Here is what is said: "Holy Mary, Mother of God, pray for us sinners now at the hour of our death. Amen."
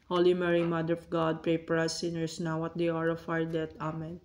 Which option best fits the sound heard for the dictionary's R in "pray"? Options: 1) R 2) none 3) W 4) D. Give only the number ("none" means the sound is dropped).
1